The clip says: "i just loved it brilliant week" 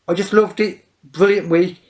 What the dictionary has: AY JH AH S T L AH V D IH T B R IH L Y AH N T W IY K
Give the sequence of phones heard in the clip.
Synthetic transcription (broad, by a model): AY JH AH S T L AH V D IH T B R IH L Y AH N T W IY